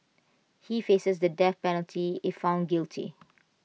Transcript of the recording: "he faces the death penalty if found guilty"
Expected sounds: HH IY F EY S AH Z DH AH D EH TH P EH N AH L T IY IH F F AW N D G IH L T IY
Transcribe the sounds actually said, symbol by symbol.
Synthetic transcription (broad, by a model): HH IY F EY S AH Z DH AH D EH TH P EH N AH L T IY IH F F AW N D G IH L T IY